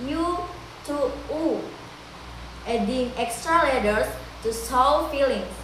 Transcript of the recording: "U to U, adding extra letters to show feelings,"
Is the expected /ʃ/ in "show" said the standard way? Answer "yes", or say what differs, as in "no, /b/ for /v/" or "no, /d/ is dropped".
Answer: no, /s/ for /ʃ/